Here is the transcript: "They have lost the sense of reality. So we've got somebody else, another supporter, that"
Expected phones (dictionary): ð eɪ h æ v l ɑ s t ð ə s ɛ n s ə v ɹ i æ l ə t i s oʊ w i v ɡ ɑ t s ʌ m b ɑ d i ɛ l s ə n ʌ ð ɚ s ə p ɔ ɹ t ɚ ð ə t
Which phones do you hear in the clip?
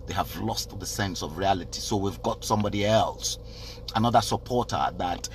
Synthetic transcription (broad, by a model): ð eɪ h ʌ v l ɑ s t ð ə s ɛ n s ə v ɹ i æ l ə t i s oʊ w i v ɡ ɑ t s ʌ m b ɑ d i ɛ l s ə n ʌ ð ɚ s ə p ɔ ɹ t ɚ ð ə t